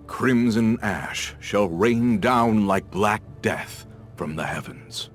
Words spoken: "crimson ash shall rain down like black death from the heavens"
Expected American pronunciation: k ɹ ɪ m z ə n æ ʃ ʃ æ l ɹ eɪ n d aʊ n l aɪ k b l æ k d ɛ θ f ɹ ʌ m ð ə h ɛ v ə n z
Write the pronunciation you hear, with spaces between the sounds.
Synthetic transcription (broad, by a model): k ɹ ɪ m z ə n æ ʃ ʃ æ l ɹ eɪ n d aʊ n l aɪ k b l æ k d ɛ θ f ɹ ʌ m ð ə h ɛ v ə n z